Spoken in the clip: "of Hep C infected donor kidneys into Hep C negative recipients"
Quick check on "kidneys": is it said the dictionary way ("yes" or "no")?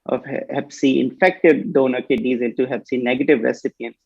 no